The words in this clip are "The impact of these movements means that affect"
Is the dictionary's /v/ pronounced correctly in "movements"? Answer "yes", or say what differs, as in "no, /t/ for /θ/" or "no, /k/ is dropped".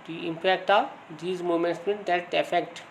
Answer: no, /v/ is dropped